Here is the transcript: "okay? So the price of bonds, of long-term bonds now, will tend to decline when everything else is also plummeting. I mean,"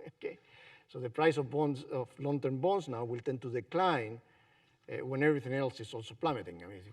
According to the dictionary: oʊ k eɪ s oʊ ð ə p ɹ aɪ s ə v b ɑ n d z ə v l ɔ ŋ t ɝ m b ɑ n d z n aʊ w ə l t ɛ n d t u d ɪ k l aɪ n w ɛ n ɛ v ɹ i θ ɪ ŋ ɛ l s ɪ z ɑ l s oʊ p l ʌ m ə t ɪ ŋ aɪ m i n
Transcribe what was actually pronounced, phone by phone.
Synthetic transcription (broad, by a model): oʊ k eɪ s oʊ ð ə p ɹ aɪ s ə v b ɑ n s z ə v l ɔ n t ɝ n b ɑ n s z n aʊ w ə l t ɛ n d t u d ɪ k l aɪ n w ɛ n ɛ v ɹ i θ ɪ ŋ ɛ l s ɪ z ɑ l s oʊ p l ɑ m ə t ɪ ŋ aɪ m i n